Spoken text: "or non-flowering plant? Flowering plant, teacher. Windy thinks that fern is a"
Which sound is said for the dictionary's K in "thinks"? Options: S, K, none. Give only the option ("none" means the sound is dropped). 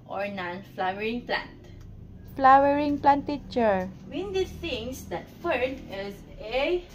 none